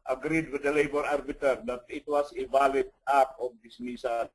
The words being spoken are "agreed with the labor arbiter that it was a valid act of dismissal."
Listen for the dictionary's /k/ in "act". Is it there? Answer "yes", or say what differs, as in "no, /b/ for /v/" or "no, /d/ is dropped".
no, /k/ is dropped